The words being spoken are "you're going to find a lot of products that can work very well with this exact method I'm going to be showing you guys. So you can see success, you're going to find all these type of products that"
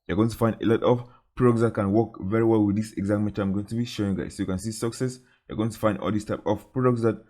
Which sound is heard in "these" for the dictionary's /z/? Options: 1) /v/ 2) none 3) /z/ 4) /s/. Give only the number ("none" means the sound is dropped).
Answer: 4